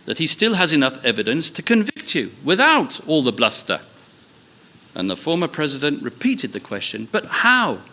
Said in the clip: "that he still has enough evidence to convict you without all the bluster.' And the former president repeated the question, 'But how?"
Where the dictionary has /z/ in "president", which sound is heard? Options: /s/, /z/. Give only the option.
/z/